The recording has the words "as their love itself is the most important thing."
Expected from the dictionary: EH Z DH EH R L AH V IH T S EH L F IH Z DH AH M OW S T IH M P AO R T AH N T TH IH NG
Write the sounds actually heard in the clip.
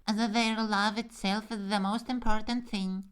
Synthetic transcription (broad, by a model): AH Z DH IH R L AH V IH T S EH L F IH Z DH AH M OW S T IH M P AO R T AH N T TH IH NG